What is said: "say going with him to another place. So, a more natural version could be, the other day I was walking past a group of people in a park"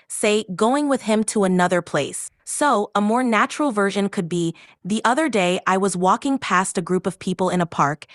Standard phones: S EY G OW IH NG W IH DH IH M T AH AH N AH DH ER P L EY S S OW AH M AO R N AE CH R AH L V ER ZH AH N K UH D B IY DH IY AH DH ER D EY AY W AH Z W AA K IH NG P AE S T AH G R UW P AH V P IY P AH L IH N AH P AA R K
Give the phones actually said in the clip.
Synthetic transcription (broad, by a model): S EY G OW IH NG W IH DH IH M T AH AH N AH DH ER P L EY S S OW AH M AO R N AE CH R L V ER ZH AH N K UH D B IY DH IY AH DH ER D EY AY W AH Z W AA K IH NG P AE S T AH G R UW P AH V P IY P L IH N AH P AA R K